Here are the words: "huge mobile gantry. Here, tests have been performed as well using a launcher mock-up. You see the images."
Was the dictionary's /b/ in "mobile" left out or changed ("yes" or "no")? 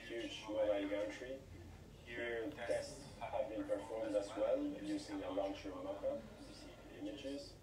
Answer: yes